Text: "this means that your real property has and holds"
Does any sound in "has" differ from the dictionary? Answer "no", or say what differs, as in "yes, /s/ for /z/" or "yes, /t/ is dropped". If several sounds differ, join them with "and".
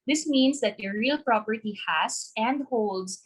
yes, /s/ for /z/